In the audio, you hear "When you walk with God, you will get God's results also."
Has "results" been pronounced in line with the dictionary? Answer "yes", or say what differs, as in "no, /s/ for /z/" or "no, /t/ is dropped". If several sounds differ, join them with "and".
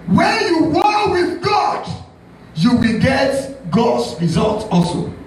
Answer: no, /s/ is dropped